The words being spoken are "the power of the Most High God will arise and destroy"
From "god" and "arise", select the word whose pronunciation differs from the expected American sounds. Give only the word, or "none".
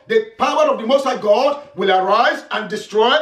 none